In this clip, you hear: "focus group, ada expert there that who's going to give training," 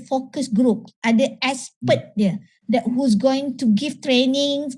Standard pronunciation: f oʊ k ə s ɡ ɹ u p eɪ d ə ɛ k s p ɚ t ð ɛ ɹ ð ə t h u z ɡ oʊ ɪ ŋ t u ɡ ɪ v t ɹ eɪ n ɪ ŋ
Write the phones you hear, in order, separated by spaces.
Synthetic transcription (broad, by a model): f oʊ k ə s ɡ ɹ u p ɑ d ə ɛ s p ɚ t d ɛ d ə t h u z ɡ oʊ ɪ ŋ t u ɡ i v t ɹ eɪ n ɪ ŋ